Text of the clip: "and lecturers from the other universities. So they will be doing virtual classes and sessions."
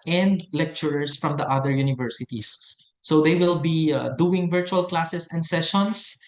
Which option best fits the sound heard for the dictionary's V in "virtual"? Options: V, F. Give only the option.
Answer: V